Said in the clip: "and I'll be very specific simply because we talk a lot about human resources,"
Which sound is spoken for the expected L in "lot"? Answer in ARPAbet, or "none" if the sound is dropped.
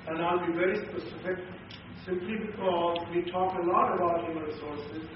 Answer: L